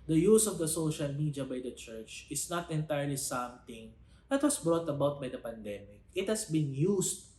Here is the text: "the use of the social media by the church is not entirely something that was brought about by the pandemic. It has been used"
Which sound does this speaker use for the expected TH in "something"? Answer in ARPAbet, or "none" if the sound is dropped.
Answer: T